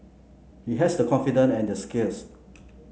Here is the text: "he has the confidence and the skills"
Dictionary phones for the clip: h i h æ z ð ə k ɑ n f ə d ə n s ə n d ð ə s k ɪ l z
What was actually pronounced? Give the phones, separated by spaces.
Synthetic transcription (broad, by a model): h i h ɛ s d ə k ɑ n f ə d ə n ə n d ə s k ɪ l s